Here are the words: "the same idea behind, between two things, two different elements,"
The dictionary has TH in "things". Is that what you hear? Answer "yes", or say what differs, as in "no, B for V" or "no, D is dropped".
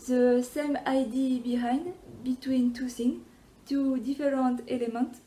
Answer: no, S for TH